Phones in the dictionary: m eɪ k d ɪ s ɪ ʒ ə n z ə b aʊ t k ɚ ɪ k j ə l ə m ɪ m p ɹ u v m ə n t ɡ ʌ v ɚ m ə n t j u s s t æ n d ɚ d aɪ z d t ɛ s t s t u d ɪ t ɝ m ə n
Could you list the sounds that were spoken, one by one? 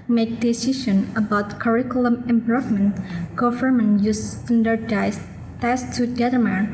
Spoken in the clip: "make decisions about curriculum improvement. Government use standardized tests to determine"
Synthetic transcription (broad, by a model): m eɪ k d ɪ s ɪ ʃ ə n ə b aʊ t k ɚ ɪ k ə l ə m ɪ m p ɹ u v m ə n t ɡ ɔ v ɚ m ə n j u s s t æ n d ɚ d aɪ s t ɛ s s t u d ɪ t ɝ m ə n